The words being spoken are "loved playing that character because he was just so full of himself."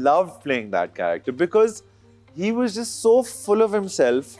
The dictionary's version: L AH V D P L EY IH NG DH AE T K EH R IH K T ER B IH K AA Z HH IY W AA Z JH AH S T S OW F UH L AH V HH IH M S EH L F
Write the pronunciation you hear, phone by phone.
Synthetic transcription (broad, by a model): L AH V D P L EY IH NG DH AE T K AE R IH K T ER B IH K AA Z HH IY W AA Z JH AH S T S OW F UH L AH V HH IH M S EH L F